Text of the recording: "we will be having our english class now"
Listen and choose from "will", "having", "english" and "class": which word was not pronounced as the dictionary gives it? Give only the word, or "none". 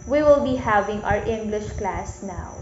none